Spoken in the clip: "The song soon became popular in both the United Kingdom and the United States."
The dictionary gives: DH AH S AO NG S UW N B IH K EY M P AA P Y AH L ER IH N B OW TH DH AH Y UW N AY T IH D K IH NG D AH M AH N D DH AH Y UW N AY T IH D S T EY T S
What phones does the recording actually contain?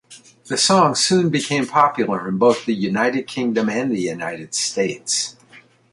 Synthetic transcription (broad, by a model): DH AH S AO NG S UW N B IH K EY M P AA P Y L ER IH N B OW TH DH AH Y UW N AY T IH D K IH NG D AH M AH N DH AH Y UW N AY T IH D S T EY T S